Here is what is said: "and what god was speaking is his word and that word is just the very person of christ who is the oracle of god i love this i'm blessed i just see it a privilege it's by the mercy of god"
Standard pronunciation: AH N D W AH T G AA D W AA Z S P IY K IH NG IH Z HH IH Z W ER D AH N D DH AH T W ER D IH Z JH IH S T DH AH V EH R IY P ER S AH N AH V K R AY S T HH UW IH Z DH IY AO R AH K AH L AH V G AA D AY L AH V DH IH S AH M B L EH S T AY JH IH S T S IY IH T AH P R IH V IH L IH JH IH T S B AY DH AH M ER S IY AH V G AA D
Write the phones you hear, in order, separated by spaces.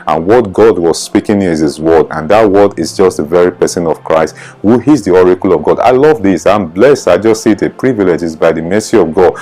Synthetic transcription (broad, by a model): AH N W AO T G AA D W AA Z S P IY K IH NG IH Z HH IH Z W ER D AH N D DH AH T W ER D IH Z JH IH S T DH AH V EH R IY P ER S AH N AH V K R AY S T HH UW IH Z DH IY AO R AH K AH L AH V G AA D AY L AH V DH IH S AH M B L EH S T AY JH IH S T S IY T AH P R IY V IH L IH JH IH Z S B AY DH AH M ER S IY AH V G AA D